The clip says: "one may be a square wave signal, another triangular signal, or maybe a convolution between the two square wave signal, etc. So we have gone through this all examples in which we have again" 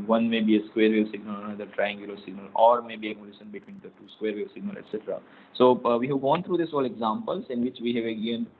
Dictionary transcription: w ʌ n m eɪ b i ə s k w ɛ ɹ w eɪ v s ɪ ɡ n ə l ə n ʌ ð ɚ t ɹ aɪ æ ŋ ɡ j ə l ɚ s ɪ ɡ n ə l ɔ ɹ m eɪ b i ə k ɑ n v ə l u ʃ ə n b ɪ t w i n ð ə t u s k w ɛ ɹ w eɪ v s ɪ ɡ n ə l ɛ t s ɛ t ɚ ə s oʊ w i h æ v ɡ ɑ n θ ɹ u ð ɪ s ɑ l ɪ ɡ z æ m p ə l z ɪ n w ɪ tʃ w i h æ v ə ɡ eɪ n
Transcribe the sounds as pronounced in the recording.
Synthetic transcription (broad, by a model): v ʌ n m eɪ b i ə s k w ɛ ɹ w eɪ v s ɪ ɡ n ə l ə n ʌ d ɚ t ɹ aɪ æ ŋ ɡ j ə l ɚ s ɪ ɡ n ə l ɔ ɹ m eɪ b i ə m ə l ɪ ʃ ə n b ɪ t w i n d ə t u s k w ɛ ɹ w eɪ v s ɪ ɡ n ə l ɛ t s ɛ t ɚ ə s oʊ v i h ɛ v ɡ ɑ n t ɹ u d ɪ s ɑ l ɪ ɡ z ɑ m p ə l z ɪ n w ɪ tʃ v i h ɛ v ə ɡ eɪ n